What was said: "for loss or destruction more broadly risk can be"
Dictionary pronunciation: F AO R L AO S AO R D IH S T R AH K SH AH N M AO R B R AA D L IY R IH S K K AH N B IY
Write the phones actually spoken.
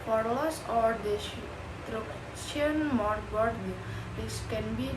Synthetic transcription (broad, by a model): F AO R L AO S AO R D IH T R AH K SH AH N M AO R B AA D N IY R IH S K K AH N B IY